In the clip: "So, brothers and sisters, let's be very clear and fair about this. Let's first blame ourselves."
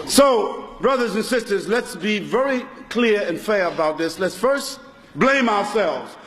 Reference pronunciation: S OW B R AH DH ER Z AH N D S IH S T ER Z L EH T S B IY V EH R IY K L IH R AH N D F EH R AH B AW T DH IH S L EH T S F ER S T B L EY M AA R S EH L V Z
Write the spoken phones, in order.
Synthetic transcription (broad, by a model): S OW B R AH DH ER Z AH N S IH S T ER Z L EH T S B IY V EH R IY K L IH R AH N F EH R AH B AW T DH IH S L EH T S F ER S T B L EY M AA R S EH L V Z